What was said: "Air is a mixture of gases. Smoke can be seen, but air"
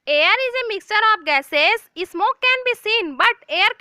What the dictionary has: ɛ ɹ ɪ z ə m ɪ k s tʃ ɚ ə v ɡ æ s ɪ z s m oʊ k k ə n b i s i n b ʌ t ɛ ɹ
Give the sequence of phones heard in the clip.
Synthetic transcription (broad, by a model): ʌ ɹ ɪ z ə m ɪ k s tʃ ɚ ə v ɡ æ s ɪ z s m oʊ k k ə n b i s i n b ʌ t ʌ ɹ